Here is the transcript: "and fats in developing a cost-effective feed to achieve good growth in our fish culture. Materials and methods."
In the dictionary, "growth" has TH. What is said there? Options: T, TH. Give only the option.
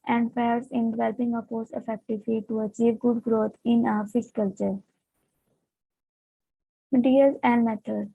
T